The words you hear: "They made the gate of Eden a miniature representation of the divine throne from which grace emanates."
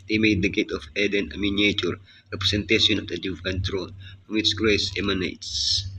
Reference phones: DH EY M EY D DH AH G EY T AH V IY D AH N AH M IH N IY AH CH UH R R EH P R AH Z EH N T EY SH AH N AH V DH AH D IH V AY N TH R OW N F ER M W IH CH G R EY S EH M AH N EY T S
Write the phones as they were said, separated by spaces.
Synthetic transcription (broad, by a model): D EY M EY D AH G EY T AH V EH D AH N AH M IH N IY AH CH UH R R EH P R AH S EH N T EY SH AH N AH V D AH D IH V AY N T R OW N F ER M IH S G R EY S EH M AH N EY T S